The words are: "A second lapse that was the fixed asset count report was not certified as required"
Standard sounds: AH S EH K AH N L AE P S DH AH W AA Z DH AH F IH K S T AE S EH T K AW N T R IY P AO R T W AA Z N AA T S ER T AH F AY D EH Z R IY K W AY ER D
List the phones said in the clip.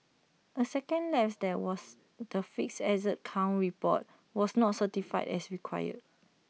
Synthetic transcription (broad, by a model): AH S EH K AH N L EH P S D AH W AA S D AH F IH K S EH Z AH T K AW N R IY P AO T W AA S N AA T S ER T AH F AY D EH S R IY K W AY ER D